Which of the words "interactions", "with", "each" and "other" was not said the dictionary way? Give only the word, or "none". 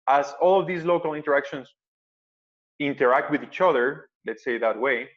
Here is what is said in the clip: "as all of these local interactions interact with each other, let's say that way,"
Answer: interactions